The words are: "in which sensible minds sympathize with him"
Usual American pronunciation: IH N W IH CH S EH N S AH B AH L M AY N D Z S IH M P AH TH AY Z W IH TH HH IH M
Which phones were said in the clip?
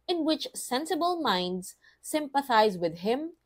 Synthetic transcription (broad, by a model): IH N W IH CH S EH N S AH B AH L M AY N D Z S IH M P AH TH AY Z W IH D HH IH M